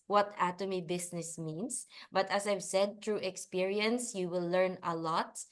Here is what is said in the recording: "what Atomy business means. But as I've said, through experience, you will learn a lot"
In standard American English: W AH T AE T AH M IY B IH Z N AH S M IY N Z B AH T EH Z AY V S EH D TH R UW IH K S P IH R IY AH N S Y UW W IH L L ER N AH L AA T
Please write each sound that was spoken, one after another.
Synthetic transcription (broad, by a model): W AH T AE T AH M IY B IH S N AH S M IY N S B AH T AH S AY V S EH D T R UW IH K S P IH R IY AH N S Y UW W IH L L ER N AH L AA T